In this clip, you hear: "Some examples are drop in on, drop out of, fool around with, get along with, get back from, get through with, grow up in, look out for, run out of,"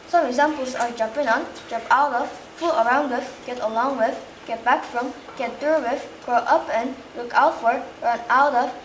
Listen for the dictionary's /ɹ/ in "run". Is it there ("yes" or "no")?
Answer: yes